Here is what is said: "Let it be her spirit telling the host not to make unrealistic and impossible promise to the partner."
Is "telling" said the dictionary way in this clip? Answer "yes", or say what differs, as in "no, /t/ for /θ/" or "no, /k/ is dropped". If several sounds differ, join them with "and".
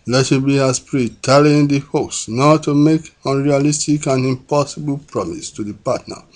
no, /l/ is dropped